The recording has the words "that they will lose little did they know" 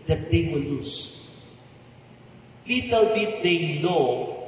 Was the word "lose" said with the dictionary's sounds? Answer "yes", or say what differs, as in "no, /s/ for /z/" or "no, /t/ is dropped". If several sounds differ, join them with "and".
no, /s/ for /z/